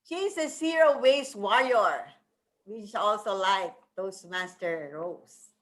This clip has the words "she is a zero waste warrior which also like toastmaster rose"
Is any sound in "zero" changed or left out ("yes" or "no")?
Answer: yes